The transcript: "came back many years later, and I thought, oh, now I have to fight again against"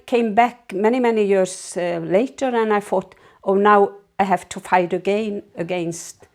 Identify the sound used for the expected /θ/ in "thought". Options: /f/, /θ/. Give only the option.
/f/